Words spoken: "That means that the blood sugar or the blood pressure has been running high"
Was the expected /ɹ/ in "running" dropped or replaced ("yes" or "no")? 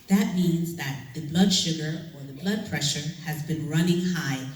no